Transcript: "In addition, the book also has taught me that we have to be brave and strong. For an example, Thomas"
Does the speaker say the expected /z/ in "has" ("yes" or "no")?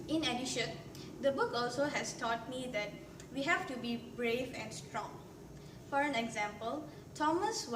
no